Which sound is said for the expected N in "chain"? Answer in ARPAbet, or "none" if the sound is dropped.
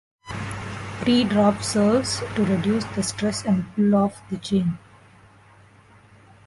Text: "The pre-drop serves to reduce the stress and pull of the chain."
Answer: N